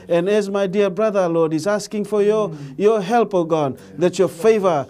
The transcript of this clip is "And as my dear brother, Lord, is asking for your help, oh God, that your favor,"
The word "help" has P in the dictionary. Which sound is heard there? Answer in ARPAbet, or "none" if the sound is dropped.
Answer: P